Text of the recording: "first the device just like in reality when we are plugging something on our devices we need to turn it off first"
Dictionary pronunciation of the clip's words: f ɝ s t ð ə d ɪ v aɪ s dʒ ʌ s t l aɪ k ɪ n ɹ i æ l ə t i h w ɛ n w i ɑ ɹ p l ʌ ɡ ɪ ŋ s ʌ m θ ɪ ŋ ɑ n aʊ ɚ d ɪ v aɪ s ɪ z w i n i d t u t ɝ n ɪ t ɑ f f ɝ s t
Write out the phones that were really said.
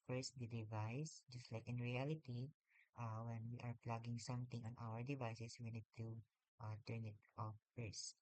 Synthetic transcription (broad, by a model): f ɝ s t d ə d ɪ v aɪ s dʒ ʌ s t l aɪ k ɪ n ɹ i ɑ l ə t i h w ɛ n w i ɑ ɹ p l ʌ ɡ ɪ ŋ s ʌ m t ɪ ŋ ɑ n aʊ ɚ d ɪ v aɪ s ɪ s w i n i d t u t ɝ n ɪ t ɑ f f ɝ s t